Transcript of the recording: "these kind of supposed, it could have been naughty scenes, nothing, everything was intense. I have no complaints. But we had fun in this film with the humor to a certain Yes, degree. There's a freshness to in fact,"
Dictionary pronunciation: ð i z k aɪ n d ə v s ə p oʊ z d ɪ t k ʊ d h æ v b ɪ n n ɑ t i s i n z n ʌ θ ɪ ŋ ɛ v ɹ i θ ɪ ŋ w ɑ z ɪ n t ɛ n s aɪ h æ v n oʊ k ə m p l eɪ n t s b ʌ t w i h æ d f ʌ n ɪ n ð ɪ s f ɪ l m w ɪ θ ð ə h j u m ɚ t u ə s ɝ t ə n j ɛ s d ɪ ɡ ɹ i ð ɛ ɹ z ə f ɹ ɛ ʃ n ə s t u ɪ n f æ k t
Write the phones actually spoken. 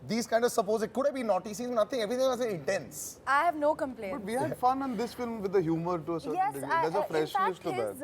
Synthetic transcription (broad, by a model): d i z k aɪ n d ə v s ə p oʊ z ɪ t k ʊ d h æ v b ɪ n n ɑ t i s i z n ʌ t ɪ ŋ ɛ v ɹ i t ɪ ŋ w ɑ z ɪ n t ɛ n s aɪ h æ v n oʊ k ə m p l eɪ b ʌ t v i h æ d f ʌ n ɪ n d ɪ s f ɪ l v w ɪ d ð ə h j u m ɚ t u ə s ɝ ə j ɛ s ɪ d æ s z ə f ɹ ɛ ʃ l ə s t u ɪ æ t